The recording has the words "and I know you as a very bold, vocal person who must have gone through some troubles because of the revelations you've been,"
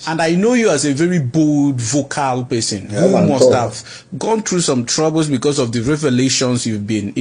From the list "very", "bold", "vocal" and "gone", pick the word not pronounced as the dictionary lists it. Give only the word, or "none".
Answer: none